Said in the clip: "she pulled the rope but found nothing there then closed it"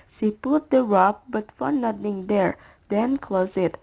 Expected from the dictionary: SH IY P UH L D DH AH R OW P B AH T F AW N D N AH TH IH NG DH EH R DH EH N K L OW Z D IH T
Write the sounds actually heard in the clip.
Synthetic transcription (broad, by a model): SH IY P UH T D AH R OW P B AH T F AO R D N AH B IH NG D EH R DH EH N K L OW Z IH T